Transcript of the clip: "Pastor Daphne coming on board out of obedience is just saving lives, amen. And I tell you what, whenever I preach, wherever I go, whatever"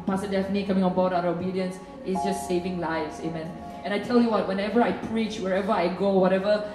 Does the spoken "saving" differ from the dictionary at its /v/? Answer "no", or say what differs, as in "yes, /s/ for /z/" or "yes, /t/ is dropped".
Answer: no